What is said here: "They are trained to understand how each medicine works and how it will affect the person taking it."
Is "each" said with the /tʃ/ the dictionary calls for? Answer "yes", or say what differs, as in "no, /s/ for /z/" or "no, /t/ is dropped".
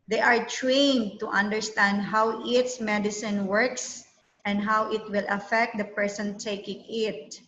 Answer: no, /s/ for /tʃ/